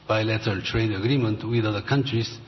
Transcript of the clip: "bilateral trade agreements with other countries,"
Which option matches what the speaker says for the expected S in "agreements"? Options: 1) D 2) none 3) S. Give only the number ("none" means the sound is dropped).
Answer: 2